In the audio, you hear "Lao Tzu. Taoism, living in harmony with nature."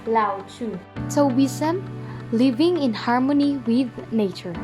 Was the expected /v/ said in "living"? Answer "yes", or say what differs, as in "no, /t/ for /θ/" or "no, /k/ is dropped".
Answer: yes